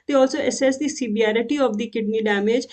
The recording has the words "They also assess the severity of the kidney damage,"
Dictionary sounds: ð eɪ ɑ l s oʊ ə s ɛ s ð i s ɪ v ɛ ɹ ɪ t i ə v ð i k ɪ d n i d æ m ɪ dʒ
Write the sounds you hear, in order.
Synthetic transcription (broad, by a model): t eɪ ɑ l s oʊ ə s ɛ s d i s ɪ b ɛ ɹ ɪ t i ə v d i k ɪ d n i d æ m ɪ dʒ